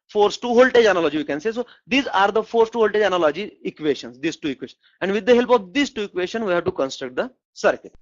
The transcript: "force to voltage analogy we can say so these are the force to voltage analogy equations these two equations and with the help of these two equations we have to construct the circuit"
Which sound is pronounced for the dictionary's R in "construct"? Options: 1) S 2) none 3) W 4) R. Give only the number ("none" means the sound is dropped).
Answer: 4